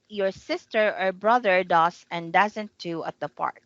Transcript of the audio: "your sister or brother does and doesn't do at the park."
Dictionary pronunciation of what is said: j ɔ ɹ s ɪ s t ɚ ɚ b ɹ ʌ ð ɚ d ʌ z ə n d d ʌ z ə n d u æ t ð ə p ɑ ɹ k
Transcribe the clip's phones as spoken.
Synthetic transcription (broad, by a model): j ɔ ɹ s ɪ s t ɚ ɚ b ɹ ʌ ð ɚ d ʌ s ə n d d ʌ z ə n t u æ t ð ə p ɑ ɹ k